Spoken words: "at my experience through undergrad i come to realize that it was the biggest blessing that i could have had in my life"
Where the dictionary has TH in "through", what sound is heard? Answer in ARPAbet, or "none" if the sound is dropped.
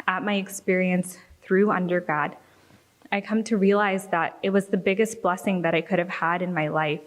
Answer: TH